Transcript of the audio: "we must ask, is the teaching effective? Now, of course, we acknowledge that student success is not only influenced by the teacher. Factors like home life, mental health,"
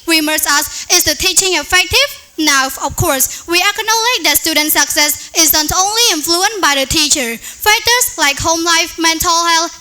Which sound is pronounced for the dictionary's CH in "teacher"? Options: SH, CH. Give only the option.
CH